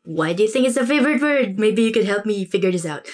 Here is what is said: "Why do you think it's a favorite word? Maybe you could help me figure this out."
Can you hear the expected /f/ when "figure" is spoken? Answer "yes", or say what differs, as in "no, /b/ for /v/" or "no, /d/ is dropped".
yes